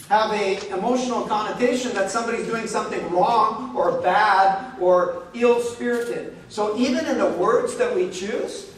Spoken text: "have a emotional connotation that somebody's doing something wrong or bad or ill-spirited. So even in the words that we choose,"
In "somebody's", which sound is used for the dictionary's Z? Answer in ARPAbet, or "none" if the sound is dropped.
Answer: Z